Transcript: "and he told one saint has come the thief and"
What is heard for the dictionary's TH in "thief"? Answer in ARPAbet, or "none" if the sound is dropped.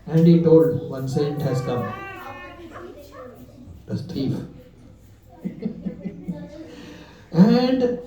S